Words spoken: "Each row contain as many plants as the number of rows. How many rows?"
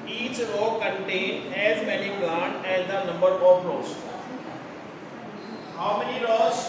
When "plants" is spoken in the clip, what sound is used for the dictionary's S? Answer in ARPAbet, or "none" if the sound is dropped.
none